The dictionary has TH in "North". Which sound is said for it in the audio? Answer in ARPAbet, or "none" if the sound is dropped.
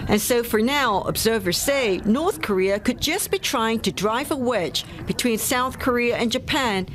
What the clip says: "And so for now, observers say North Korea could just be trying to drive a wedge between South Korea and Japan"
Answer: TH